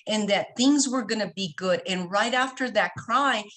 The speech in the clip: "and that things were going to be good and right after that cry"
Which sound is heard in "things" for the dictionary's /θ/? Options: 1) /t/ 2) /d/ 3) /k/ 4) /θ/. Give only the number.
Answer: 4